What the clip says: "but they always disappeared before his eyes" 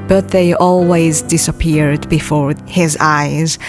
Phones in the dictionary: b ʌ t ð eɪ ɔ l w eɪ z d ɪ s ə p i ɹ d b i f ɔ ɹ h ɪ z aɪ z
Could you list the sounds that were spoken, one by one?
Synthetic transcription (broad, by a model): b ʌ t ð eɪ ɔ l w eɪ z d ɪ s ə p i ɹ d b i f ɔ ɹ h ɪ z aɪ z